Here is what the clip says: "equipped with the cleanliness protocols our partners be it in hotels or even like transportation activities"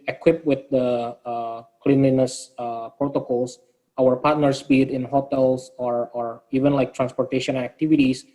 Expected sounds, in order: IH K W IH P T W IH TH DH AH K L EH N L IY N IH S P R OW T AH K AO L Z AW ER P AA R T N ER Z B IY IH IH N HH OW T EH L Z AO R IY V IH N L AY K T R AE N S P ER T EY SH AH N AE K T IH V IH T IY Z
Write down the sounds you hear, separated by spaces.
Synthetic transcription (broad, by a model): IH K W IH P W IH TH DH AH K L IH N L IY N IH S P R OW T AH K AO L S AW ER P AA R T N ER S B IY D IH N HH OW T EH L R AO R IY V IH N L AY K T R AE N S P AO T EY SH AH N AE K T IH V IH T IY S